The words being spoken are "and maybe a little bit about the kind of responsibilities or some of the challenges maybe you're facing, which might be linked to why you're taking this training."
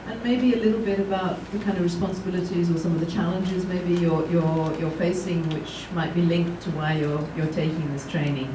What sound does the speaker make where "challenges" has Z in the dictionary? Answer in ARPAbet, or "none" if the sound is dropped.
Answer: Z